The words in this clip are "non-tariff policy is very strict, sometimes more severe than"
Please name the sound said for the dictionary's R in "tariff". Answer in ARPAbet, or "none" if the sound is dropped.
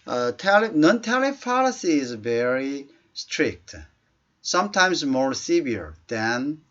L